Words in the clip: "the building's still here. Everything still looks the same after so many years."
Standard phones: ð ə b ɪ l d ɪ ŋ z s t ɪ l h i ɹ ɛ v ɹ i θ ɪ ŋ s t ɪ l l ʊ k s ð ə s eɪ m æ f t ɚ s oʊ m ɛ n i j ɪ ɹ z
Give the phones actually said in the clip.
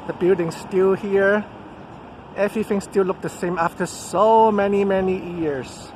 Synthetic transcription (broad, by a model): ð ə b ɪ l d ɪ ŋ s t ɪ l h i ɹ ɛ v i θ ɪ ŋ s t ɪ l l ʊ k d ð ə s eɪ m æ f t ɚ s oʊ m ɛ n i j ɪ ɹ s